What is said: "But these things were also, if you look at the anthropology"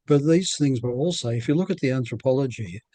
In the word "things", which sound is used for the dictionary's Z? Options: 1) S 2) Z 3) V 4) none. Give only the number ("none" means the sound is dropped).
2